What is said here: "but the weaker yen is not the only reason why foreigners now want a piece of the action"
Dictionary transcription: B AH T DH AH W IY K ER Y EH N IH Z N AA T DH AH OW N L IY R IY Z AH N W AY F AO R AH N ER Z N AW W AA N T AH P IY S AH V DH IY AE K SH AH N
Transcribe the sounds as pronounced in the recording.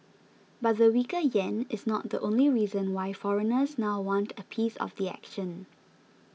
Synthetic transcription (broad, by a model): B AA T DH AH W IY K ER Y EH N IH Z N AA T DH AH OW N L IY R IY Z AH N W AY F AO R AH N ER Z N AW W AA N T AH P IY S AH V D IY AE K SH AH N